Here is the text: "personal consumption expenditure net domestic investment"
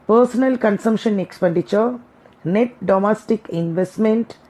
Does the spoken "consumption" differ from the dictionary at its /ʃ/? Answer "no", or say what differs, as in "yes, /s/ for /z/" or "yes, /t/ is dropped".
no